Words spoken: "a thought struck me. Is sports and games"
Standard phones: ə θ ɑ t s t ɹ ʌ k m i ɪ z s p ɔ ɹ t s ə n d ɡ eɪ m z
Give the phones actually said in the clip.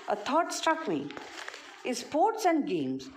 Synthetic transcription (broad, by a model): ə t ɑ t s t ɹ ʌ k m i ɪ z s p ɔ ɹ t s ə n d ɡ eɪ m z